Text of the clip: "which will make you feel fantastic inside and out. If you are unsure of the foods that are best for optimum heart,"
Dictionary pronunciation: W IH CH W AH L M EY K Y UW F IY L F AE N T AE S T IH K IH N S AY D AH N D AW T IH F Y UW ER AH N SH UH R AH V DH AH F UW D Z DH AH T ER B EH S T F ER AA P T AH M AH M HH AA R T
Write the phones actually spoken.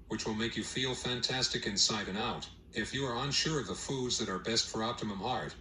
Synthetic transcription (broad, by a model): W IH CH W AH L M EY K Y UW F IY L F AE N T AE S T IH K IH N S AY D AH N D AW T IH F Y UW ER AH N SH UH R AH V DH AH F UW D Z DH AH T ER B EH S T F ER AA P T AH M AH M HH AA R T